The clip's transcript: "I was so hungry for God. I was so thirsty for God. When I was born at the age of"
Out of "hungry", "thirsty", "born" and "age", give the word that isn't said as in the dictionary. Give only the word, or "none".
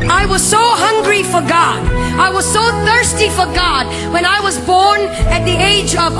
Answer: none